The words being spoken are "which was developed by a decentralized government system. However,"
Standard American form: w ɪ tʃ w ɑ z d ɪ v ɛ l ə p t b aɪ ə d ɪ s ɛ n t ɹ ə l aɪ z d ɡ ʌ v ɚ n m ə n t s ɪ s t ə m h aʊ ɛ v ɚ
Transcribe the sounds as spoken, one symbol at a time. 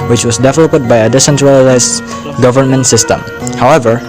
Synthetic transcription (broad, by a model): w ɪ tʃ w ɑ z d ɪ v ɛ l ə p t b aɪ ə d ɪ s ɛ n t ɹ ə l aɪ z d ɡ ʌ v ɚ n m ə n t s ɪ s t ə m h aʊ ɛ v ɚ